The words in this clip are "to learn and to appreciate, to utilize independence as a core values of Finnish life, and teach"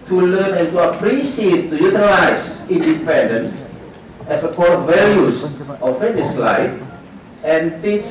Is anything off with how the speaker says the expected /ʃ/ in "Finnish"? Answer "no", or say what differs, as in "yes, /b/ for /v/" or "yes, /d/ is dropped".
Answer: yes, /s/ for /ʃ/